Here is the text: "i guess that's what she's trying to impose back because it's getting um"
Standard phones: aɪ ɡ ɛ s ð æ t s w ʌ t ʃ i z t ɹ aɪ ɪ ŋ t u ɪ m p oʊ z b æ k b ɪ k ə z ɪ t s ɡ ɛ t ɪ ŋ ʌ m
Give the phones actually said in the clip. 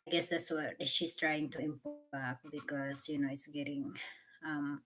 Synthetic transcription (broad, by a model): aɪ ɡ ɛ s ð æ t s w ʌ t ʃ i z t ɹ aɪ ɪ ŋ t u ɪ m p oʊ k b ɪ k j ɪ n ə ɪ t s ɡ ɛ t ɪ ŋ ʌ m